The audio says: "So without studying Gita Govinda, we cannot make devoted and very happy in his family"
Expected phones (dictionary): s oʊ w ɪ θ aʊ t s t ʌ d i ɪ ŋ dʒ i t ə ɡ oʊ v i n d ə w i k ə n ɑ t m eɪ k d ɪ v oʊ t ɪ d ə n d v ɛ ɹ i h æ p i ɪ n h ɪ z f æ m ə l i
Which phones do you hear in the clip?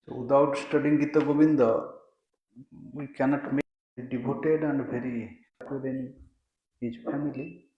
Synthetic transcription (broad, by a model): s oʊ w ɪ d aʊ t s t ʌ d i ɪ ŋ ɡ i t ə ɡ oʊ b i n d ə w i k ə n ɑ t m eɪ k d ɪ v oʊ t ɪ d ə n d p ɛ ɹ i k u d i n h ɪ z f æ m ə l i